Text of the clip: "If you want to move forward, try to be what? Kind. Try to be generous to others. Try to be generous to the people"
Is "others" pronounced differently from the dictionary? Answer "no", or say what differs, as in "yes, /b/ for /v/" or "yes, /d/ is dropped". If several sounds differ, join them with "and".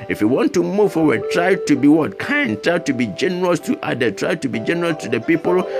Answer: yes, /z/ is dropped